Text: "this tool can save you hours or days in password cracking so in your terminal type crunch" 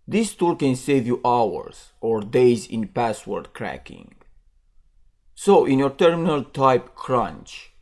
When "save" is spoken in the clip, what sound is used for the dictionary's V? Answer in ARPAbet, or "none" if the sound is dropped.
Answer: V